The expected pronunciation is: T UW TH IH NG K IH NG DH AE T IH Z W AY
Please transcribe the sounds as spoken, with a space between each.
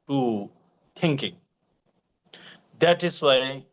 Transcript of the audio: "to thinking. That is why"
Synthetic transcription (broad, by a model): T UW T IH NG K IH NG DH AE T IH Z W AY